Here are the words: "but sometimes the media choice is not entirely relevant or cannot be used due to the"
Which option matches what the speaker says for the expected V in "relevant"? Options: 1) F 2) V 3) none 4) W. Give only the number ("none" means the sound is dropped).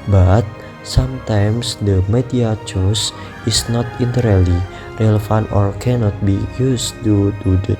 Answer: 1